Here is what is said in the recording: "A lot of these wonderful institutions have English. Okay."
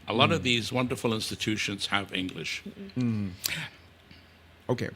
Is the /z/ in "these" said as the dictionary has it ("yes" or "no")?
yes